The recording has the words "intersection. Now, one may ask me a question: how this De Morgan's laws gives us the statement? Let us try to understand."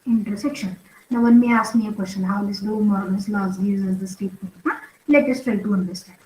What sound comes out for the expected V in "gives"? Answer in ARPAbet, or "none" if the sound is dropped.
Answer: none